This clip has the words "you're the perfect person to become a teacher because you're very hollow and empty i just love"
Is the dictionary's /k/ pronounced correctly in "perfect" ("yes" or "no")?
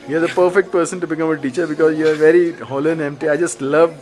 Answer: yes